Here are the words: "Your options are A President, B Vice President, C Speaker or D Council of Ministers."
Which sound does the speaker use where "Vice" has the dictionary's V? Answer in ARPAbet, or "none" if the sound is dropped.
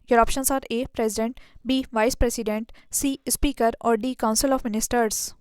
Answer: V